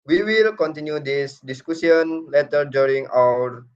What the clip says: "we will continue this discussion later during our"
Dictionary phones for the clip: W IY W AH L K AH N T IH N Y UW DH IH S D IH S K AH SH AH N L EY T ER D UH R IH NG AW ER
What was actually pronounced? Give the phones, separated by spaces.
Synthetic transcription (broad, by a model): W IY W AH L K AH N T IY N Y UW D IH S D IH S K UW S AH N L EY T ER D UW R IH NG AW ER